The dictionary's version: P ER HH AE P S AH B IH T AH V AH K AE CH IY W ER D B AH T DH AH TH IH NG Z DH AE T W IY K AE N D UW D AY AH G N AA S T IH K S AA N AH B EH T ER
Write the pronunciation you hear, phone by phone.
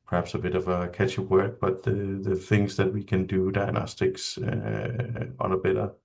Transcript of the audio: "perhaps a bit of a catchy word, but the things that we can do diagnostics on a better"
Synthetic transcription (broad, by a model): P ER HH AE P S AH B IH T AH V AH K AE CH IY W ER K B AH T DH AH TH IH NG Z DH AE T W IY K AE N D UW D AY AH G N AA S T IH K S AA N AH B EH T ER